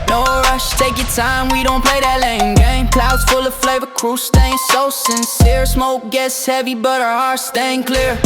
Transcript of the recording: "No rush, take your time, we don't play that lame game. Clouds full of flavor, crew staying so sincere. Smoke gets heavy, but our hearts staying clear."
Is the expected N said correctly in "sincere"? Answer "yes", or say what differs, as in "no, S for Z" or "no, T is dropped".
yes